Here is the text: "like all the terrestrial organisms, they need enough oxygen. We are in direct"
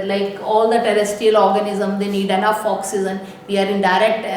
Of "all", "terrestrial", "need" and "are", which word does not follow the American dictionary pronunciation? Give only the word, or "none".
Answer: terrestrial